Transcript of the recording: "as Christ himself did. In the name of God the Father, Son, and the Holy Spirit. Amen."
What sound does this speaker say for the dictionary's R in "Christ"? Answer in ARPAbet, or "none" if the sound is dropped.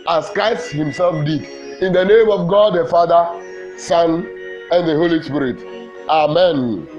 none